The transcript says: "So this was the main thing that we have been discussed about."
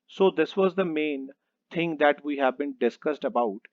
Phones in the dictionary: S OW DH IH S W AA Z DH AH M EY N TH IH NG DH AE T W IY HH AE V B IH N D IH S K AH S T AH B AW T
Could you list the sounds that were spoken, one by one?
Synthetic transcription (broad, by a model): S OW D IH S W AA Z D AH M EY N T IH NG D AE T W IY HH AE V B IH N D IH S K AH S T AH B AW T